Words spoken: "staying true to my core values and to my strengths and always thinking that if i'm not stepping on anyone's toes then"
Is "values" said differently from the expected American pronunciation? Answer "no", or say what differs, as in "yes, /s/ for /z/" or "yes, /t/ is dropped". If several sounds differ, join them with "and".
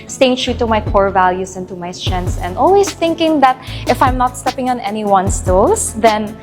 yes, /s/ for /z/